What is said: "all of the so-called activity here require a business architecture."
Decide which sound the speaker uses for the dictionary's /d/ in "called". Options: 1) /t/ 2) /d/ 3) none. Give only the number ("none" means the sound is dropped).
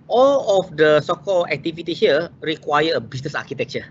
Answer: 3